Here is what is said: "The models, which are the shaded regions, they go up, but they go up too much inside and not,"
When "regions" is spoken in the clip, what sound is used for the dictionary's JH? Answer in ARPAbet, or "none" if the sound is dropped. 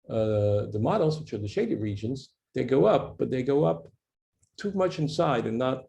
JH